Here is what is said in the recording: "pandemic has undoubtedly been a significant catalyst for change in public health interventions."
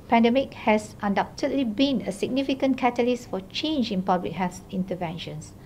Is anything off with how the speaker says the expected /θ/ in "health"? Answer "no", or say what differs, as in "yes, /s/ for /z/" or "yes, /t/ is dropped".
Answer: yes, /s/ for /θ/